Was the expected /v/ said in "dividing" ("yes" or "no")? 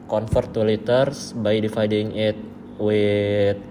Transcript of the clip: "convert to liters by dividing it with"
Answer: no